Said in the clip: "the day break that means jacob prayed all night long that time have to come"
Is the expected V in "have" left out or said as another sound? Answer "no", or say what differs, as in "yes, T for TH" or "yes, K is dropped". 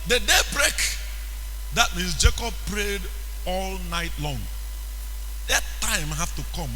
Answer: yes, F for V